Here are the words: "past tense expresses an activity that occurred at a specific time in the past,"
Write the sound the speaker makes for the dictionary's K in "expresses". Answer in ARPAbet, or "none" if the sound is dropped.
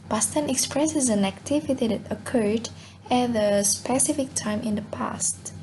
K